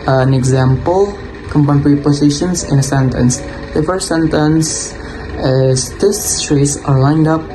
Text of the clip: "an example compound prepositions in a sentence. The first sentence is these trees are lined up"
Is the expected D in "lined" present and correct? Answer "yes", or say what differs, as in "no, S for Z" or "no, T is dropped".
yes